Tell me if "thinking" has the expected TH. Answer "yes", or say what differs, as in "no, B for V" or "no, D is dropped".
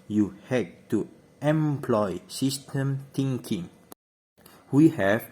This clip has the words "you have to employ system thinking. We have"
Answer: no, T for TH